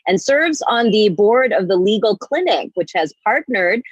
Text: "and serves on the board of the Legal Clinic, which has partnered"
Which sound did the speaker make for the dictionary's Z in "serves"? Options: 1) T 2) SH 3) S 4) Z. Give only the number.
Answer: 4